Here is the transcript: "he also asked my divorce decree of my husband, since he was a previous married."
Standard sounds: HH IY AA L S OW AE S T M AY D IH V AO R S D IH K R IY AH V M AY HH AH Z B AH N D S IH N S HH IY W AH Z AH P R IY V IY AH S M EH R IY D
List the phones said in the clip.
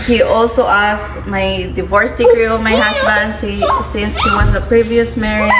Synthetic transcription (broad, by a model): HH IY AA L S OW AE S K M AY D IH V AO R S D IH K R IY AH V M AY HH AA S B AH N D S IH N S HH IY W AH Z AH P R IY V IY AH S M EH R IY